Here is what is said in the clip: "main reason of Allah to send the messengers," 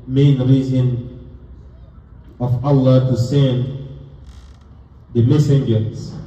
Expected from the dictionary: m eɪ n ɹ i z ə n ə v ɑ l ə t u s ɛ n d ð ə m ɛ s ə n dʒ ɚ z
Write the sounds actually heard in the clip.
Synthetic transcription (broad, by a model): m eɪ n ɹ i z ə n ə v ɑ l ə t u s ɛ n d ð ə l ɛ s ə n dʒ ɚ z